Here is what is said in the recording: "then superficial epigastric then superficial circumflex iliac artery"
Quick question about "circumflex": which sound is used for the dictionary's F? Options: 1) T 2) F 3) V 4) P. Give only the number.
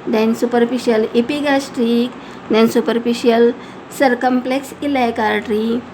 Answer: 4